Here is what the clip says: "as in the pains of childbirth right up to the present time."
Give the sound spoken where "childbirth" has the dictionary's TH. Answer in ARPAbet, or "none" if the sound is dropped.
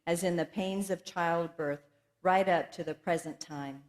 TH